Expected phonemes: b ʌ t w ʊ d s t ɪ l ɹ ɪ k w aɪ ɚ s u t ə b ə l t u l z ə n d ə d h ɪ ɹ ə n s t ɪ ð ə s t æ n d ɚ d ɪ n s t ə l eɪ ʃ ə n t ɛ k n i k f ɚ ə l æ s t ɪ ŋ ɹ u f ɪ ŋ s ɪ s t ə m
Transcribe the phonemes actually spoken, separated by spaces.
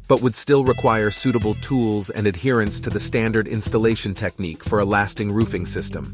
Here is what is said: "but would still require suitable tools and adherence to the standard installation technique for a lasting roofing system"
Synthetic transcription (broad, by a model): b ʌ t w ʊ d s t ɪ l ɹ ɪ k w aɪ ɚ s u t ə b l t u l z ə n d ə d h ɪ ɹ ə n s t ɪ ð ə s t æ n d ɚ d ɪ n s t ə l eɪ ʃ ə n t ɛ k n i k f ɚ ə l æ s t ɪ ŋ ɹ u f ɪ ŋ s ɪ s t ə m